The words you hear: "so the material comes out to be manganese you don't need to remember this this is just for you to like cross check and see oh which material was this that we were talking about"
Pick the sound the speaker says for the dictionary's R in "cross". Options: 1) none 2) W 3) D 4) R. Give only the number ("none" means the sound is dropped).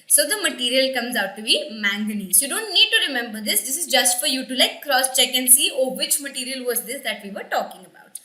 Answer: 4